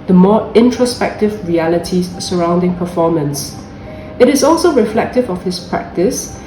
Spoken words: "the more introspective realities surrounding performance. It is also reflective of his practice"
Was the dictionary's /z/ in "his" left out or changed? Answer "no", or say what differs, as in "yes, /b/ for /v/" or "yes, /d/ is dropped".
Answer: yes, /s/ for /z/